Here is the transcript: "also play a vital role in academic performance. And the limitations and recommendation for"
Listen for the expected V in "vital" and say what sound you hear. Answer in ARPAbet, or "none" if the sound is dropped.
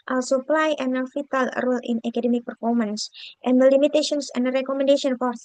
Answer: F